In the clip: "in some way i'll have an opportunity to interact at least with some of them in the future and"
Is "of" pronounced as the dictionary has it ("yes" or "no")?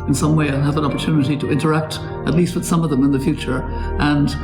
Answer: yes